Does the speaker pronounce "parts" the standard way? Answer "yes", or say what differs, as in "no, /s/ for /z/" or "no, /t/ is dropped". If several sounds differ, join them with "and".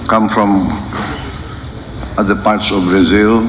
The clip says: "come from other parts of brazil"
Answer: yes